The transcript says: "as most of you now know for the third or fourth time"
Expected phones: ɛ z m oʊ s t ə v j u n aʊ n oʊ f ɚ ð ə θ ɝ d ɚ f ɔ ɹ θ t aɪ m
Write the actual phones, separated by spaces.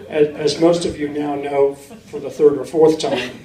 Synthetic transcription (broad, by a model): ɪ z m oʊ s t ə v j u n aʊ n oʊ f ɚ ð ə θ ɝ d ɚ f ɔ ɹ θ t aɪ m